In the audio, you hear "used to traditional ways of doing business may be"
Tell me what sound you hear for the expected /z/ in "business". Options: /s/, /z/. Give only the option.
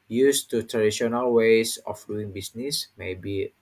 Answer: /s/